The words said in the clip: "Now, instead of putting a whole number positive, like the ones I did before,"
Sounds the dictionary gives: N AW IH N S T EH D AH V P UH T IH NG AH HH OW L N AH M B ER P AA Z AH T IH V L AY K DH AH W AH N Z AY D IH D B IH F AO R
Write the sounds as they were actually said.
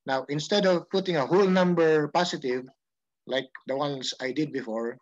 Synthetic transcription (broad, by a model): N AW IH N S T EH D AH V P UH T IH NG AH HH OW L N AH M B ER P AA S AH T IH V L AY K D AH W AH N S AY D IH D B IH F AO R